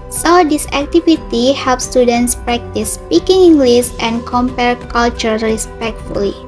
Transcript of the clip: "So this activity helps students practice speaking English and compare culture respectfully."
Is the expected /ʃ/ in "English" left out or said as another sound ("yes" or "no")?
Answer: yes